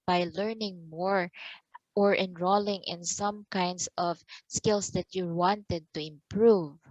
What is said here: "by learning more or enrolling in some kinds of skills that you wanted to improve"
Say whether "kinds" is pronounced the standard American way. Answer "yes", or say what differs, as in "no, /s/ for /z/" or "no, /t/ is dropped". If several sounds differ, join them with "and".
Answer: no, /s/ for /z/